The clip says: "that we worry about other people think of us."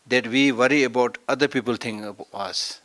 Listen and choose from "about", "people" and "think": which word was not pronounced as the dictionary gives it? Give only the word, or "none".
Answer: think